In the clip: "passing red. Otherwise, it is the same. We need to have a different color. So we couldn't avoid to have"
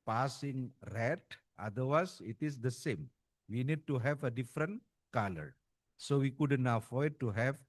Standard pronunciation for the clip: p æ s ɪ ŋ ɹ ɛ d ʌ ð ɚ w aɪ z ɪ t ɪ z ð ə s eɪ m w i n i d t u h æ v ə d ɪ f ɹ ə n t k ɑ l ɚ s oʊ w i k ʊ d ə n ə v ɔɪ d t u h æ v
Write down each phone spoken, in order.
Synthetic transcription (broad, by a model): p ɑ s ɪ ŋ ɹ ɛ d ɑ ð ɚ w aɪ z ɪ t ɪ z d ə s eɪ m w i n i d t u h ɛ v ə d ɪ f ɹ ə n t k ɑ l ɚ s oʊ w i k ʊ d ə n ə f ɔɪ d t u h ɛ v